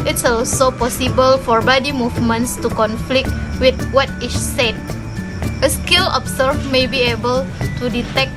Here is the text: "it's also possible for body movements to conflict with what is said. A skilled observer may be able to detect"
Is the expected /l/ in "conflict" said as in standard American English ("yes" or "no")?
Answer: yes